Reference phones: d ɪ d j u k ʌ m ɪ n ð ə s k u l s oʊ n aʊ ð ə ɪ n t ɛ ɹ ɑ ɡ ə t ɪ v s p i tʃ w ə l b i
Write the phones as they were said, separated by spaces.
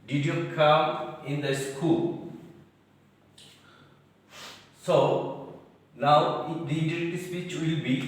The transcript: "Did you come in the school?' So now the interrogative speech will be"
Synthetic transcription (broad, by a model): d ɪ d j u k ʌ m ɪ n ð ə s k u l s oʊ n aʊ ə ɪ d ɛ i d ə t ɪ s p i tʃ w ə l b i